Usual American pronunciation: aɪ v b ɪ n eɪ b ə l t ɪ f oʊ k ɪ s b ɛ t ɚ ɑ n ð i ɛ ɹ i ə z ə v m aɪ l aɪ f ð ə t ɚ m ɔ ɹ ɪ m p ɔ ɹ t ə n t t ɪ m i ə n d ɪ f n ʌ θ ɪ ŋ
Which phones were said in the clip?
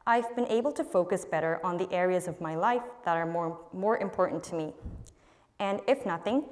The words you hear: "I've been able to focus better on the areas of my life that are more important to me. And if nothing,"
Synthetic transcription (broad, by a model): aɪ v b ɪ n eɪ b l t ɪ f oʊ k ɪ s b ɛ t ɚ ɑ n ð i ɛ ɹ i ə z ə v m aɪ l aɪ f ð ə t ɚ m ɔ ɹ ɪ m p ɔ ɹ t n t t ɪ m i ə n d ɪ f n ʌ θ ɪ ŋ